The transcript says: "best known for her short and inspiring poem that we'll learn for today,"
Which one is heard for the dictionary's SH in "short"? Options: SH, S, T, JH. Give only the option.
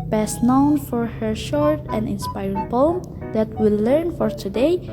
SH